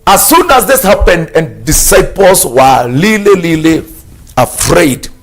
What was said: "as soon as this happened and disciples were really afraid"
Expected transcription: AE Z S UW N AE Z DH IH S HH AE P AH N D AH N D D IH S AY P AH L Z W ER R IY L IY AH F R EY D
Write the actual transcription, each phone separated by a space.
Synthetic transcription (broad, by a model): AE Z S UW N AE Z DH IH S HH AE P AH N D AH N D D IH S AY P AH L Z W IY L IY L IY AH F R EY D